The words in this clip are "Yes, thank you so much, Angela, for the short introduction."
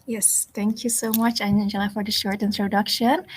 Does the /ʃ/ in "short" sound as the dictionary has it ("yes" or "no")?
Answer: yes